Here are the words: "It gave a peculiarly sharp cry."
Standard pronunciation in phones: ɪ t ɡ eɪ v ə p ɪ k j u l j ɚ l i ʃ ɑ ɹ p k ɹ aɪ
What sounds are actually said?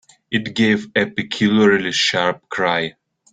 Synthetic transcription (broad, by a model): ɪ t ɡ eɪ v ə p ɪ k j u l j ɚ l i ʃ ɑ ɹ p k ɹ aɪ